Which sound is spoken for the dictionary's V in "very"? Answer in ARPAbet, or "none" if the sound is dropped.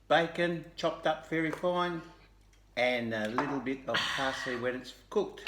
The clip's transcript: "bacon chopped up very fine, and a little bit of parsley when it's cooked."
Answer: F